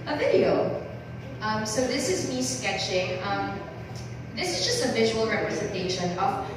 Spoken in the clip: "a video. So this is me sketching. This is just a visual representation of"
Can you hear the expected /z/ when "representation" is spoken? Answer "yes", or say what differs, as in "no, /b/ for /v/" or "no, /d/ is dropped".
yes